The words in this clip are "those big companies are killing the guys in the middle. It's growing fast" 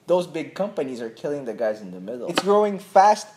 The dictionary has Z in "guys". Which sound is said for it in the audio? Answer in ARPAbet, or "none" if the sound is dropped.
Z